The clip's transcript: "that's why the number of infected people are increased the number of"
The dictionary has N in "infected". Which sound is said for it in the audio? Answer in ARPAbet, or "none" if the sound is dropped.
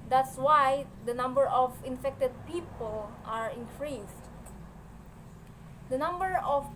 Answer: N